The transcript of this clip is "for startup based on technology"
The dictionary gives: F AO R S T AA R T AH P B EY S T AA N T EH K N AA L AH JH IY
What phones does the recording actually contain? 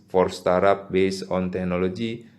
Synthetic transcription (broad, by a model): F AO R S T AA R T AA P B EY S AA N T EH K N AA L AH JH IY